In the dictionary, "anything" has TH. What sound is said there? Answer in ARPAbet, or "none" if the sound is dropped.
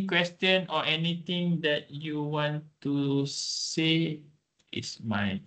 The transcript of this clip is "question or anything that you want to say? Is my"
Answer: T